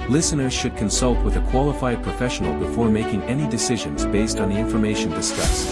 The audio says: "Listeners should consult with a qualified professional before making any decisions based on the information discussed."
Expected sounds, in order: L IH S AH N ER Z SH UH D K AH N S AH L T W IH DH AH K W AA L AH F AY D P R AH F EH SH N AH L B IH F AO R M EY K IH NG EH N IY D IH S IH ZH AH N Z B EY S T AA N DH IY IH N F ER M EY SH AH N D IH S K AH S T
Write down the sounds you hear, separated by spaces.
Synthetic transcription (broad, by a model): L IH S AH N ER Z SH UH D K AH N S AH L T W IH DH AH K W AA L AH F AY D P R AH F EH SH N L B IH F AO R M EY K IH NG EH N IY D IH S IH ZH AH N Z B EY S T N DH IY IH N F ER M EY SH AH N D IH S K AH S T